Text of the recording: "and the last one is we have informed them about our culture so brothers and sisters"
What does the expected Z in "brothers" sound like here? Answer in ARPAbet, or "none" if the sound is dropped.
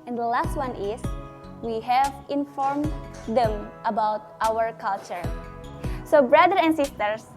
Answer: none